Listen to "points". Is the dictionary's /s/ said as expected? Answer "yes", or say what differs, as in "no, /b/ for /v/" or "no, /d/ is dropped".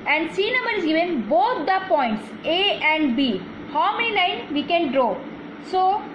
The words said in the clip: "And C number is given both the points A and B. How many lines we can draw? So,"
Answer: yes